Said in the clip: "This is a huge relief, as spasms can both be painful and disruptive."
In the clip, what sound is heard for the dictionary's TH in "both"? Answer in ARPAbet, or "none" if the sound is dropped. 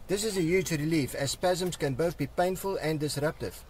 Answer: TH